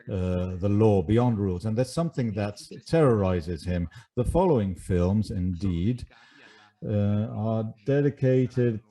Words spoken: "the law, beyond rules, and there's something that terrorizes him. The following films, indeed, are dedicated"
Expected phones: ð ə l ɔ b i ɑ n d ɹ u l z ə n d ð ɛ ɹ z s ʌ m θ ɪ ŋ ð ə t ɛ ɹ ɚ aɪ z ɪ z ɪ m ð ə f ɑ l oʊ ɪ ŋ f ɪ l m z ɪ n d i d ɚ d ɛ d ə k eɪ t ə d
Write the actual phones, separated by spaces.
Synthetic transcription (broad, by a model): ð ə l ɔ b i ɑ n d ɹ u l z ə n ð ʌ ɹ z s ʌ m θ ɪ ŋ ð ə t ɛ ɹ ɚ aɪ z ɪ z ɪ m ð ə f ɑ l oʊ ɪ ŋ f ɪ l m z ɪ n d i d ɚ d ɛ d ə k eɪ t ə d